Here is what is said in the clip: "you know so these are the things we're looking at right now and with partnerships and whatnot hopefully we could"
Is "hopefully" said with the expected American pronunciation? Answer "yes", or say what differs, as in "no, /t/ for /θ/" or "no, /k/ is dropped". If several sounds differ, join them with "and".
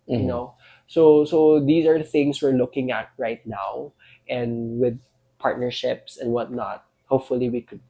yes